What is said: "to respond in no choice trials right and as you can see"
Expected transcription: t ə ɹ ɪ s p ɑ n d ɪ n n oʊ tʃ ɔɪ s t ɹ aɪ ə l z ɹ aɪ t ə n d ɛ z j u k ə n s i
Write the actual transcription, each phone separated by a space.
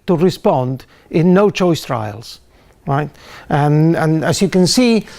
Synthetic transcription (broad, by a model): t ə ɹ ɪ s p ɑ n d ɪ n n oʊ tʃ ɔɪ s t ɹ aɪ ə l z ɹ aɪ t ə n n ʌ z j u k ə n s i